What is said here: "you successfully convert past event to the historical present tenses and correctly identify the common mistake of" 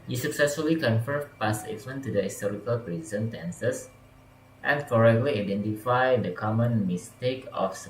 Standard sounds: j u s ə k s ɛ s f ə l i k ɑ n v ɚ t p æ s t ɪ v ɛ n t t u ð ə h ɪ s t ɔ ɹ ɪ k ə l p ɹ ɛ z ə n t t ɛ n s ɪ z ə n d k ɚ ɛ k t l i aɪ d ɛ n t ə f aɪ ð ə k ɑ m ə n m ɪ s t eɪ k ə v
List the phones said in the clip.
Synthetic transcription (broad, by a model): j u s ə k s ɛ s f ə l i k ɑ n f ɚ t p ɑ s ɪ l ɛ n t t u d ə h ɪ s t ɔ ɹ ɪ k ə l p ɹ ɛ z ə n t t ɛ n s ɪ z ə n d k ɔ ɛ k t l i aɪ d ɛ n t ə f aɪ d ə k ɑ m ə n m ɪ s t eɪ k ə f